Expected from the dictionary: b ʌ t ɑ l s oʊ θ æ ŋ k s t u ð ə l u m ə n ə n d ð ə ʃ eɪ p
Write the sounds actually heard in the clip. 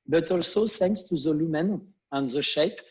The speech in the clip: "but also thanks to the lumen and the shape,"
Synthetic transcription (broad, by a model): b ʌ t ɑ l s oʊ s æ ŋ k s t u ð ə l u m ə n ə n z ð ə ʃ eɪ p